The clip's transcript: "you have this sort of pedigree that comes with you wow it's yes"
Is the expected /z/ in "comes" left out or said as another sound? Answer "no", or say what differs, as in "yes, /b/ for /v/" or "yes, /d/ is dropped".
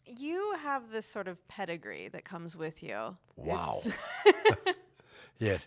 no